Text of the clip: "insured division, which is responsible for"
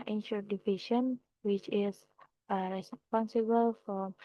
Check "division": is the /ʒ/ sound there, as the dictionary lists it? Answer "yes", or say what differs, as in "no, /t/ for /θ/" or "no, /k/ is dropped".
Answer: no, /ʃ/ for /ʒ/